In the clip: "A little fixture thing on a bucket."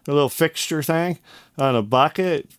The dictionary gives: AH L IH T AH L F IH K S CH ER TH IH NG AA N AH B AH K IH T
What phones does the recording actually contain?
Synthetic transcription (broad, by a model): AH L IH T L F IH K S CH ER TH IH NG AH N AH B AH K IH T